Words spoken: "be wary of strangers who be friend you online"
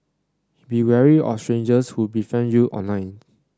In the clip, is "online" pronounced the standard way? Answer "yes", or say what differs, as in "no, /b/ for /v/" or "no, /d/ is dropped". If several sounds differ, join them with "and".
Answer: no, /l/ is dropped